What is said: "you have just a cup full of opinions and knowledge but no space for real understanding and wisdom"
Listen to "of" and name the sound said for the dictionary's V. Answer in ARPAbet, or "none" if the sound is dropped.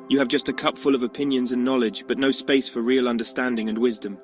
V